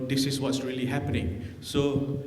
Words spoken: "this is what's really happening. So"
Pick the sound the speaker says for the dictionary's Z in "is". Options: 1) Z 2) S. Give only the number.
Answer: 2